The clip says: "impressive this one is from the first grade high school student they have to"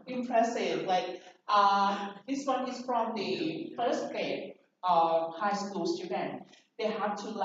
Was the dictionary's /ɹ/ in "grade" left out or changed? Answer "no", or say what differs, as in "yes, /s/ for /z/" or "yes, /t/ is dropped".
yes, /ɹ/ is dropped